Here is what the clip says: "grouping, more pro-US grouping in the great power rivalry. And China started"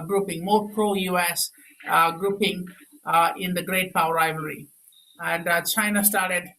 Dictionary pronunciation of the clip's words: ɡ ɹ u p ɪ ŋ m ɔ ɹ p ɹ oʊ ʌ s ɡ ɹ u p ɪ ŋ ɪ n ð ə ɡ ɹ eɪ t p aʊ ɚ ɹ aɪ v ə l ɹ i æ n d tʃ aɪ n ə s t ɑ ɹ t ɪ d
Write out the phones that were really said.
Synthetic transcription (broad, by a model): ɡ ɹ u p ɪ ŋ m ɔ ɹ p ɹ oʊ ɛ s ɡ ɹ u p ɪ ŋ ɪ n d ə ɡ ɹ eɪ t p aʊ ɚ ɹ aɪ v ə ɹ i æ n d tʃ aɪ n ə s t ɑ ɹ t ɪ d